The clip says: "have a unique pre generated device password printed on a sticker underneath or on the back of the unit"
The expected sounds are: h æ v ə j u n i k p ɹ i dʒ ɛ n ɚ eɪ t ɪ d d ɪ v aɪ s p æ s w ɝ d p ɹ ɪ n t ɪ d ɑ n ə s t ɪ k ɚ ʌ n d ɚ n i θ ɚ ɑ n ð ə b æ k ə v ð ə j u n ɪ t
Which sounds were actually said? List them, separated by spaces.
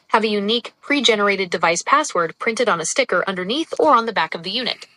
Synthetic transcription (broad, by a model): h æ v ə j u n i k p ɹ i dʒ ɛ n ɚ eɪ t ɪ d d ɪ v aɪ s p æ s w ɝ d p ɹ ɪ n t ɪ d n ə s t ɪ k ɚ ʌ n d ɚ n i θ ɚ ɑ n ð ə b æ k ə v ð ə j u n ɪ t